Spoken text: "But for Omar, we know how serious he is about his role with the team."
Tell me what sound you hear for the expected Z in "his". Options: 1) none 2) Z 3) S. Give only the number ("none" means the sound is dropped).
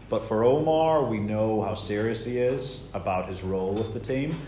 2